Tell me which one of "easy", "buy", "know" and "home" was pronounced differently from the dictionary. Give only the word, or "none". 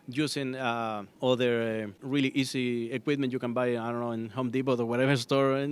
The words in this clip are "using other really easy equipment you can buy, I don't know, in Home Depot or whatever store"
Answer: easy